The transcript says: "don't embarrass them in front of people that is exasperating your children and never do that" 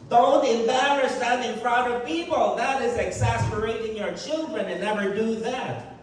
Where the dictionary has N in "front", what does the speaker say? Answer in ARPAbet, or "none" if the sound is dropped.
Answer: none